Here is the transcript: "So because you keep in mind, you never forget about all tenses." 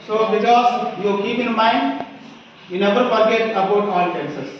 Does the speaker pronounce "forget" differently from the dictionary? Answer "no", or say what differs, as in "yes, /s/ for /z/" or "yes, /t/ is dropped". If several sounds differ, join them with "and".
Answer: yes, /p/ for /f/